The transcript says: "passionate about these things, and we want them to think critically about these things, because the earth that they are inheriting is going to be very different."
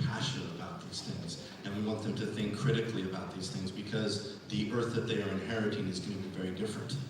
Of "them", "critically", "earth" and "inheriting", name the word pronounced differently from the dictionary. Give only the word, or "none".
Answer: none